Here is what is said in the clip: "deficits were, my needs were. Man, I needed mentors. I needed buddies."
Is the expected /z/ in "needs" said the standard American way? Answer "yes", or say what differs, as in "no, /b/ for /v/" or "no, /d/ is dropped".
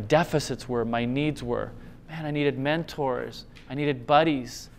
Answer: yes